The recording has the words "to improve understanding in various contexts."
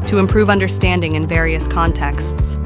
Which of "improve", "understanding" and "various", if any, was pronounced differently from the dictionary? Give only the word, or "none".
none